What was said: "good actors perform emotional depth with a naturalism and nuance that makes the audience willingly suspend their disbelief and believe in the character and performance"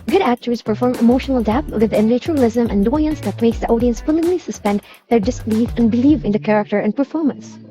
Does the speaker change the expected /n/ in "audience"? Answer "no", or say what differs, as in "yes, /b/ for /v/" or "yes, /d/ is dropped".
no